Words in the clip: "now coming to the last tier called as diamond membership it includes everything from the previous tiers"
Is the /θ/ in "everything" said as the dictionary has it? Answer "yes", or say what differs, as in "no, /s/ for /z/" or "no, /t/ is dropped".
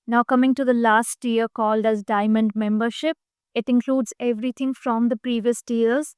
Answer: no, /t/ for /θ/